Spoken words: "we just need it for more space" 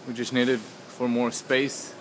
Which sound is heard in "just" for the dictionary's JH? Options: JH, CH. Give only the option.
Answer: CH